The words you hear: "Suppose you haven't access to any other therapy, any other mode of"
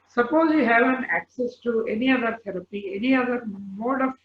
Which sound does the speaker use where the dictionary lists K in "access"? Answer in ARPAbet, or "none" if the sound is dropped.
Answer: K